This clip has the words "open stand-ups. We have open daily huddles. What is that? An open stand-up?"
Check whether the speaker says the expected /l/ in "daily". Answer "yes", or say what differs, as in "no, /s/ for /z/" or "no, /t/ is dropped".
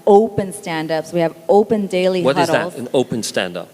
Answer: no, /l/ is dropped